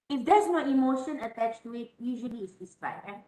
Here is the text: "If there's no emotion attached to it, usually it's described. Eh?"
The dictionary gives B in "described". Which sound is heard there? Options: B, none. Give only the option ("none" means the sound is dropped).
none